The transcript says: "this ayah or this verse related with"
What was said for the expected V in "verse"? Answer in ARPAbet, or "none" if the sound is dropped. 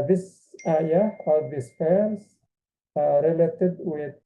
P